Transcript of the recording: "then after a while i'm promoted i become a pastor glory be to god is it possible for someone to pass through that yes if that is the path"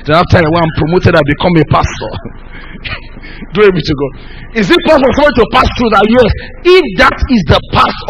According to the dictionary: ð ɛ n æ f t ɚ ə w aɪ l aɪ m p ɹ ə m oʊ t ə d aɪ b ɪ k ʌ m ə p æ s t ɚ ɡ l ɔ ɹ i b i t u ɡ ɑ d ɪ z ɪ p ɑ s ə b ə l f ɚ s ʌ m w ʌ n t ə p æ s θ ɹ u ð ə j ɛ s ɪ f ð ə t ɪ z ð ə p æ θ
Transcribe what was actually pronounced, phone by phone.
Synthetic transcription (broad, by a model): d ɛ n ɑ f t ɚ ə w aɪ aɪ m p ɹ ə m oʊ t ə d aɪ b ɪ k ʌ m ə p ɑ s t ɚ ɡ ɔ i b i t u ɡ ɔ ɪ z ɪ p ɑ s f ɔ s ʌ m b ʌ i t ə p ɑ s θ ɹ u ð ə j ɛ s ɪ f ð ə t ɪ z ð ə p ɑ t